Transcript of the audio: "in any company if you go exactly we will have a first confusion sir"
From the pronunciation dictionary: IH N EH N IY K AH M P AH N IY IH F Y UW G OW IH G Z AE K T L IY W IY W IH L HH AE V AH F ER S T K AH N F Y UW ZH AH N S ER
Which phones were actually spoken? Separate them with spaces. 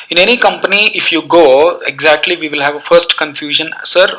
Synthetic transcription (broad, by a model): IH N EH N IY K AH M P AH N IY IH F Y UW G OW IH G Z AE K T L IY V IY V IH L HH AE V AH F ER S T K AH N F Y UW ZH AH N S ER